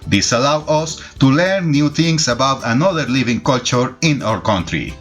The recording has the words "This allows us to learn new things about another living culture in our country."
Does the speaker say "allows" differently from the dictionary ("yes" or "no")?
yes